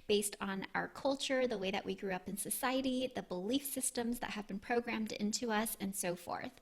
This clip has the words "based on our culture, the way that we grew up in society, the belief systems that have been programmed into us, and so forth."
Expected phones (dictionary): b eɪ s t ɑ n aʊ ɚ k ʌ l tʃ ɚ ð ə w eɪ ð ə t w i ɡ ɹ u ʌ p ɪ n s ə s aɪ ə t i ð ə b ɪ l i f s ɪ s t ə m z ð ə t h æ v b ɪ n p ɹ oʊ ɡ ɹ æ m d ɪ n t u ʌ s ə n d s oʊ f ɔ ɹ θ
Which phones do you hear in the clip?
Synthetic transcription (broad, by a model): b eɪ s t n aʊ ɚ k ʌ l tʃ ɚ ð ə w eɪ ð ə t w i ɡ ɹ u ʌ p ɪ n s ə s aɪ ə t i ð ə b ɪ l i f s ɪ s t ə m z ð ə t h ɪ v b ɪ n p ɹ oʊ ɡ ɹ æ m d ɪ n t u ʌ s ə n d s oʊ f ɔ ɹ θ